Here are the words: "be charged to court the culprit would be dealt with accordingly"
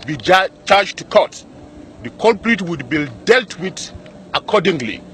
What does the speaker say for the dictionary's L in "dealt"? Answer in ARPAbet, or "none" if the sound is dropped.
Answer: L